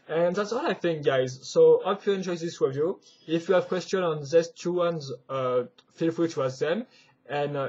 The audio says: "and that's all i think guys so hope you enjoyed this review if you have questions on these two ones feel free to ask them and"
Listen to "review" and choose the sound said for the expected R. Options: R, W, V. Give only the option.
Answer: W